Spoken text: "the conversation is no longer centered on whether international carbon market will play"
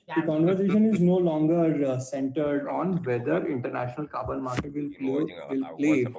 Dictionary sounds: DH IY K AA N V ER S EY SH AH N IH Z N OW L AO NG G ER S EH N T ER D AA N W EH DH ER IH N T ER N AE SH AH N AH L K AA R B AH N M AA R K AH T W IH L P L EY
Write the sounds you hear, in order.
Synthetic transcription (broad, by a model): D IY K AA N V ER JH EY SH AH N IH Z N OW L AO NG G ER S EH N T ER D AA N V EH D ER IH N T ER N AE SH AH N AH L K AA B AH L M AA R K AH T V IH L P L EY